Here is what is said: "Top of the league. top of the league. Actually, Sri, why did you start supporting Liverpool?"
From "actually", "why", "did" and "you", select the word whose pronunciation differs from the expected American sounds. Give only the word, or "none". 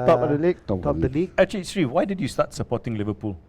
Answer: actually